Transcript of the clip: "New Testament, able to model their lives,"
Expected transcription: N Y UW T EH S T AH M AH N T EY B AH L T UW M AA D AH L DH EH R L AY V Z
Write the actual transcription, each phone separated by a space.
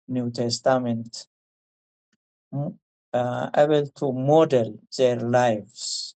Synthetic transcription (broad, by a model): N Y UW T EH S T AH M AH N T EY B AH L T UW M AA D AH L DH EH R L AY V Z